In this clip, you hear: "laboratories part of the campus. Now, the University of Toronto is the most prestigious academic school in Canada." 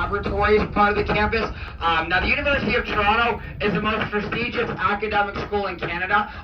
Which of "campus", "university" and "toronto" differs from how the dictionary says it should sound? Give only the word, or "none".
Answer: toronto